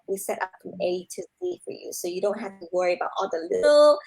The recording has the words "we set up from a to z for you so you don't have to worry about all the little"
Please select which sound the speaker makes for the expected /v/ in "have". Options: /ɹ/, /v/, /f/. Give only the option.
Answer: /f/